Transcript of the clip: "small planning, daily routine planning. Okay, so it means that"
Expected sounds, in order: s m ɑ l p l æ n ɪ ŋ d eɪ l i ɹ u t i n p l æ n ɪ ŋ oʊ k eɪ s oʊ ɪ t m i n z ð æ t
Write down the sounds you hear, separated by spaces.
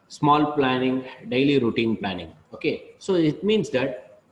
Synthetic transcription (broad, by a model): s m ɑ l p l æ n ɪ ŋ d eɪ l i ɹ u t i n p l æ n ɪ ŋ oʊ k eɪ s oʊ ɪ t m i n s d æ t